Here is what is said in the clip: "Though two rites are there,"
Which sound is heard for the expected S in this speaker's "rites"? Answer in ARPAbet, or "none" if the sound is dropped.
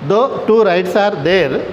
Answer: S